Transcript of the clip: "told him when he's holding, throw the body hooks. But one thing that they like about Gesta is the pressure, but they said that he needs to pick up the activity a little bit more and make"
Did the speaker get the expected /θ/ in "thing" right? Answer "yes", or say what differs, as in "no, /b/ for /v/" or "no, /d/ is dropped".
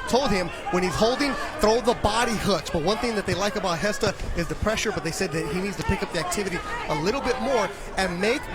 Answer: yes